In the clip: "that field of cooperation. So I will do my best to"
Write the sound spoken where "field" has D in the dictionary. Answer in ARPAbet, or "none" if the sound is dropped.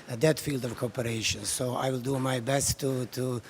D